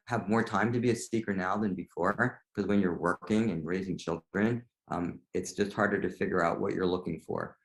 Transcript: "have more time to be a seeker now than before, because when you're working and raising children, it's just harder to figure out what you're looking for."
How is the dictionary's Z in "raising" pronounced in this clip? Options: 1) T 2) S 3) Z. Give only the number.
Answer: 3